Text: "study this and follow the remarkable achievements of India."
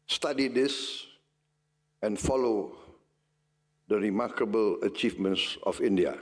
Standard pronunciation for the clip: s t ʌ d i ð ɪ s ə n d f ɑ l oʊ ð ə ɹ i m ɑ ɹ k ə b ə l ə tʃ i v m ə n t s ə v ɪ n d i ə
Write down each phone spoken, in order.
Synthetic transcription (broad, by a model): s t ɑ d i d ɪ s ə n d f ɑ l oʊ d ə ɹ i m ɑ k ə b ə l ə tʃ i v m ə n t s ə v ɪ n d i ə